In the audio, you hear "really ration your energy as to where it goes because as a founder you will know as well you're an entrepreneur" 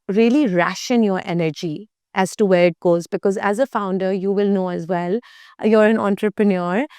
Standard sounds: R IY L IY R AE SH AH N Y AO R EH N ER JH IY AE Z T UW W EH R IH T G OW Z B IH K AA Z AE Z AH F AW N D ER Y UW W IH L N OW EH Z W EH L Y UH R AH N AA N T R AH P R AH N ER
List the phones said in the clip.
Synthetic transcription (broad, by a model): R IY L IY R AE SH AH N Y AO R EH N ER JH IY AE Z T UW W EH R IH T G OW Z B IH K AA Z AE Z AH F AW N D ER Y UW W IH L N OW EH Z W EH L Y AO R AH N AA N T R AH P R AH N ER